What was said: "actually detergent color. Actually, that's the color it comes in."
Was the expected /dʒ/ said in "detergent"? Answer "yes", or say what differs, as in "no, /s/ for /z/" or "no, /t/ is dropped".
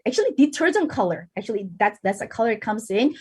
no, /z/ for /dʒ/